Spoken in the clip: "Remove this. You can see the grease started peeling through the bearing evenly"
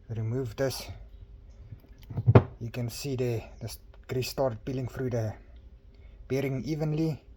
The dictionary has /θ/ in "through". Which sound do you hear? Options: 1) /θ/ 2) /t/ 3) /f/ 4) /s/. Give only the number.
3